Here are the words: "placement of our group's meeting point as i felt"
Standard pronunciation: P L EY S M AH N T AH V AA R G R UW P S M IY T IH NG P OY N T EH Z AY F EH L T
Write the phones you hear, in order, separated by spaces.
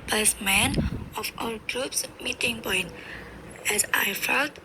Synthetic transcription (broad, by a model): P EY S M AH N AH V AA L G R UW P S M IY T IH NG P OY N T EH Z AY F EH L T